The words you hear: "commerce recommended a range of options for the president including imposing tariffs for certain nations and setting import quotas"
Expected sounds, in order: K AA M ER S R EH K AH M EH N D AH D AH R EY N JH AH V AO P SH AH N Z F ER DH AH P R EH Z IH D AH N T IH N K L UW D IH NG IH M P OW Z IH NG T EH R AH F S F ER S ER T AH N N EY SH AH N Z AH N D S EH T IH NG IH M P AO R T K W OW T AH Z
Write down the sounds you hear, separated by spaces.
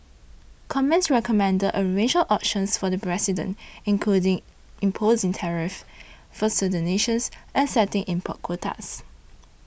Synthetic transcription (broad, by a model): K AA M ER S R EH K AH M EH N D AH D AH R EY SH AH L AO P SH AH N S F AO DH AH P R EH S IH D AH N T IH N K L UW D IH NG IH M P OW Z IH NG T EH R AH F F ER S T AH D N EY SH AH N S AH N S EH T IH NG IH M P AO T K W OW T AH S